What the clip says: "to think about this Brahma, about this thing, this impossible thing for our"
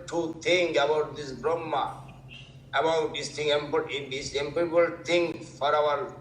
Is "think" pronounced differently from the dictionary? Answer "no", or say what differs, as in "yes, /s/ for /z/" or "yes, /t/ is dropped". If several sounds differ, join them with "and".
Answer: yes, /t/ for /θ/